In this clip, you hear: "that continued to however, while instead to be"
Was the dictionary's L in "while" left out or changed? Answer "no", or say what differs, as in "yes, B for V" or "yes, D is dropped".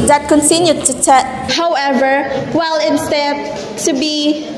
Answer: no